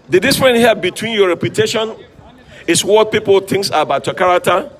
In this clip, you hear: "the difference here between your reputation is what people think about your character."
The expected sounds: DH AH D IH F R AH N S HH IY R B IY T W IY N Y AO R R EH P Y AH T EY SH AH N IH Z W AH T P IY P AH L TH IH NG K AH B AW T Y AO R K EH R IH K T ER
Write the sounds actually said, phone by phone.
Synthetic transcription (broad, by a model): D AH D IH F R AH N HH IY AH B IY T W IY N Y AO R R EH P Y AH T EY SH AH N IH S W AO T P IY P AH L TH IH NG K AH B AW T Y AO K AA R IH K T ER